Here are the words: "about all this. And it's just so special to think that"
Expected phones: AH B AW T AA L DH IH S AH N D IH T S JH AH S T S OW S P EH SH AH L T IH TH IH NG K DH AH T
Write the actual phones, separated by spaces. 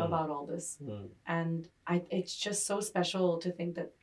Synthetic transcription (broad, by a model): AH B AW T AA L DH IH S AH N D IH T S JH AH S T S OW S P EH SH L T IH TH IH NG K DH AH T